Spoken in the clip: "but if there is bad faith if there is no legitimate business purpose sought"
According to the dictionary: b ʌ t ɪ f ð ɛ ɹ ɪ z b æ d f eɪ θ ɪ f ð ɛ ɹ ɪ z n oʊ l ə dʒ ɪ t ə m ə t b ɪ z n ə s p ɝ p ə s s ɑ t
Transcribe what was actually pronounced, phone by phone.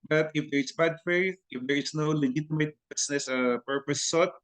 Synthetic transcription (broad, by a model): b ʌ t ɪ f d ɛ ɹ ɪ s b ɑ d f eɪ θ ɪ f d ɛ ɹ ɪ s n oʊ l ə dʒ ɪ t ə m ə t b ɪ s n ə s p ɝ p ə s s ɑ t